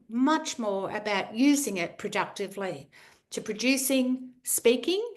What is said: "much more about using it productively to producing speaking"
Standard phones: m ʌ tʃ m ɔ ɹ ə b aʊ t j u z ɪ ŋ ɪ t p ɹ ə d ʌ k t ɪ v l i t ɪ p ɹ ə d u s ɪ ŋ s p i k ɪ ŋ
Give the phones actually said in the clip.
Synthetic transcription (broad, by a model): m ʌ tʃ m ɔ ɹ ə b aʊ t j u z ɪ ŋ ɪ t p ɹ ə d ʌ k t ɪ v l i t ɪ p ɹ ə d u s ɪ ŋ s p i k ɪ ŋ